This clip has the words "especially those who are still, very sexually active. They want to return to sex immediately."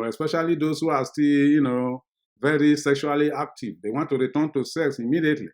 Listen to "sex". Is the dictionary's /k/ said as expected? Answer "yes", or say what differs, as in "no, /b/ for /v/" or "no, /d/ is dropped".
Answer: yes